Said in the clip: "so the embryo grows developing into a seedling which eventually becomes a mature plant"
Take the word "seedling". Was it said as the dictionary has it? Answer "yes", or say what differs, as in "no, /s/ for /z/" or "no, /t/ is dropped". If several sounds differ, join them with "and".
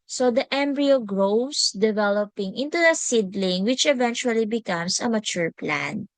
yes